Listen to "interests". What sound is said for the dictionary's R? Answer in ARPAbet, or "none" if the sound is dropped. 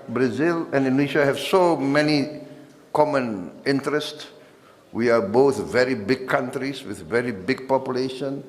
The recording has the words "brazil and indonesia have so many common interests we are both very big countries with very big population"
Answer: R